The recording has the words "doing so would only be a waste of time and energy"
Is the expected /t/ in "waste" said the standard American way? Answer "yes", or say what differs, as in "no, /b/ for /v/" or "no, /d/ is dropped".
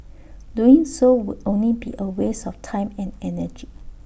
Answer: no, /t/ is dropped